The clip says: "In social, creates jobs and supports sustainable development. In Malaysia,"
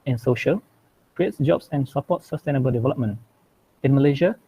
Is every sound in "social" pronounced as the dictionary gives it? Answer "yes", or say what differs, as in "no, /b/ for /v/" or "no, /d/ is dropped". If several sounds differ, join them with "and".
yes